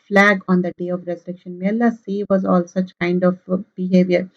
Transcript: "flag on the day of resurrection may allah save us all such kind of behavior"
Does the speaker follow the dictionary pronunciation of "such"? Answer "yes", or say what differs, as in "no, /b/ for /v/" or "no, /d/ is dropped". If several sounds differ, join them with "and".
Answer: yes